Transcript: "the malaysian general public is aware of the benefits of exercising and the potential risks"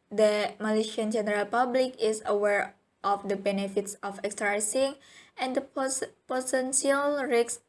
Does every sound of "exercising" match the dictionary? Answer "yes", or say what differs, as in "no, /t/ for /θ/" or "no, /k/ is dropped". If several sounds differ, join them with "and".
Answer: no, /s/ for /z/